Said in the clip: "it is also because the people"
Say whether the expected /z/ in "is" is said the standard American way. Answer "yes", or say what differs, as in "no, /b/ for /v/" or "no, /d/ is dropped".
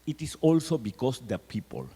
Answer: no, /s/ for /z/